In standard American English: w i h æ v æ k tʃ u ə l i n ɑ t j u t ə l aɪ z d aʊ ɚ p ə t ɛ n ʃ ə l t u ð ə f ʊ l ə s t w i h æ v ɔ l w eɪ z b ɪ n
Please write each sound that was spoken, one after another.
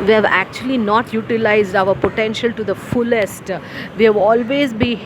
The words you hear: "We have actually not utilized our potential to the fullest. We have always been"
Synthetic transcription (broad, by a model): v i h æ v æ k tʃ u ə l i n ɑ t j u t ə l aɪ z d aʊ ɚ p ə t ɛ n ʃ ə l t u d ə f ʊ l ə s t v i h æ v ɔ l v eɪ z b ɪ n